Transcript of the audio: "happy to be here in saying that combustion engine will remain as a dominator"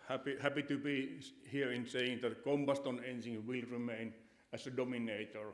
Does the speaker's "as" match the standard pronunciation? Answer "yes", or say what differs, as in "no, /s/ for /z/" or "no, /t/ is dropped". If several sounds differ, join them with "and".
no, /s/ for /z/